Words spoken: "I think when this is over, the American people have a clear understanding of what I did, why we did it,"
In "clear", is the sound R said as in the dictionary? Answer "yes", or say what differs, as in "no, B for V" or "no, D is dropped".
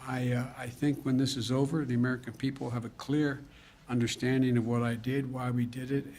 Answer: yes